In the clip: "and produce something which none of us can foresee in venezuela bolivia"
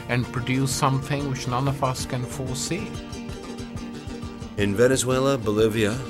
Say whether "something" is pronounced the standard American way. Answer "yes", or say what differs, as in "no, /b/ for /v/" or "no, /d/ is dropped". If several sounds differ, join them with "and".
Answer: yes